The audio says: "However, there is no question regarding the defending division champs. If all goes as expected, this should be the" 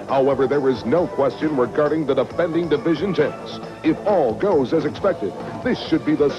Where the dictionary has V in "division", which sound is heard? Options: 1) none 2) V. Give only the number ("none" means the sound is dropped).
2